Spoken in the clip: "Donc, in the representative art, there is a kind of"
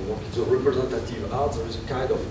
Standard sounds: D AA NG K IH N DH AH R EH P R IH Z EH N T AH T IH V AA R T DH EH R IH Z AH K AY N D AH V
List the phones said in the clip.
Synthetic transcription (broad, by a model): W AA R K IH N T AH R EH P R IH Z EH N T AH T IH V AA L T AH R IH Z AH K AY N D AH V